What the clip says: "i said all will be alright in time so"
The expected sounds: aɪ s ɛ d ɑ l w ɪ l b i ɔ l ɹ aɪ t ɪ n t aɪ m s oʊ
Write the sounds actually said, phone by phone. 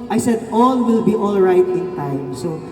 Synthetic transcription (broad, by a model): aɪ s ɛ d ɑ l w ɪ l b i ɔ l ɹ aɪ t ɪ n t aɪ m s oʊ